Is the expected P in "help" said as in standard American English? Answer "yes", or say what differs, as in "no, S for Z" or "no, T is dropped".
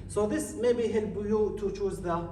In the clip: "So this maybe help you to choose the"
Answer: no, B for P